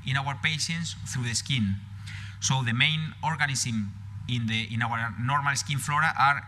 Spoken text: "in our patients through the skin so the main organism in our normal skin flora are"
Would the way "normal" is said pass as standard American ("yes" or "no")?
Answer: yes